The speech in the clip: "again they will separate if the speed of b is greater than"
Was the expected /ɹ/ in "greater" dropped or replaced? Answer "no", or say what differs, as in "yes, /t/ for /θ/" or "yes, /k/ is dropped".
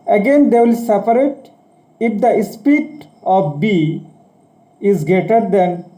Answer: yes, /ɹ/ is dropped